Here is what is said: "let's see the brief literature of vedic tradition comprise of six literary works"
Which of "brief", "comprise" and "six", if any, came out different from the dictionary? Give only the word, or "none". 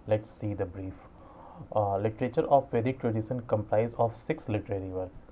comprise